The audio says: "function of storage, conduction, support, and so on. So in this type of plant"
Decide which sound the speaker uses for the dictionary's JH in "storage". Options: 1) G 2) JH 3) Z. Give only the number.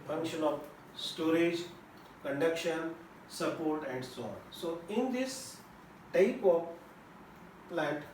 2